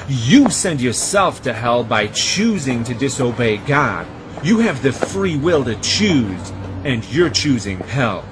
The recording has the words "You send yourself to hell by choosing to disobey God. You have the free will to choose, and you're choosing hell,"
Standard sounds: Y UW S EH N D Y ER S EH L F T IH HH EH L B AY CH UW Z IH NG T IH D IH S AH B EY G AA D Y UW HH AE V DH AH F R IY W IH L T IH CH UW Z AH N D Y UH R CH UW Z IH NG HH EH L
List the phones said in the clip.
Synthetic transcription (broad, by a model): Y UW S EH N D Y ER S EH L F T IH HH EH L B AY CH UW Z IH NG T IH D IH S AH B EY G AA D Y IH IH V DH AH F R IY W IH L T IH CH UW Z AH N Y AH R CH UW Z IH NG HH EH L